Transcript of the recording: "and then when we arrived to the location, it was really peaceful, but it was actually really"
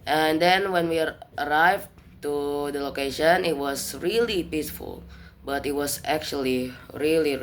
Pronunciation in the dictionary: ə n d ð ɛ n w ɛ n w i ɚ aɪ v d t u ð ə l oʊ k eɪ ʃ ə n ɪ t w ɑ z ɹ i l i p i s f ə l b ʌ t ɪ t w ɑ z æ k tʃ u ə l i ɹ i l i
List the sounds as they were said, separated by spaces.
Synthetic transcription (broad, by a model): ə n d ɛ n w ɛ n w i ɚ aɪ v t u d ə l oʊ k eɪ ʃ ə n ɪ t w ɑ s ɹ i l i p i s f ə l b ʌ t ɪ t w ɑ s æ k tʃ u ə l i ɹ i l i